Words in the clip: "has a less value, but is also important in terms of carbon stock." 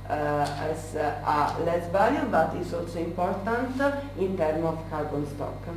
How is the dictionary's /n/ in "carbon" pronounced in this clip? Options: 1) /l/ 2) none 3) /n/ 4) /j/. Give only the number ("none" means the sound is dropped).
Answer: 3